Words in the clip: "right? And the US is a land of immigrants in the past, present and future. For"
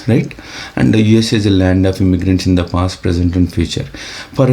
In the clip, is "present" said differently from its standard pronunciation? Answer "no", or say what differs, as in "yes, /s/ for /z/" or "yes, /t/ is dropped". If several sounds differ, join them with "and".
no